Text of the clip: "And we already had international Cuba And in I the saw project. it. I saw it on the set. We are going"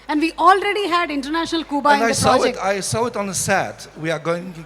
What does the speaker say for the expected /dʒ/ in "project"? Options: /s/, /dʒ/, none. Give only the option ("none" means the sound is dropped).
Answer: none